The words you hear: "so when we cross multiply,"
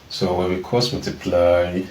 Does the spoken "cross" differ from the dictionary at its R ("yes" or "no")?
yes